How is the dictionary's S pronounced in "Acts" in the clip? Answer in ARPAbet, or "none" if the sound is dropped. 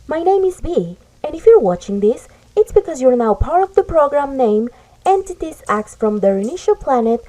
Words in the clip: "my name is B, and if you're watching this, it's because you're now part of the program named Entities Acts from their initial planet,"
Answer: S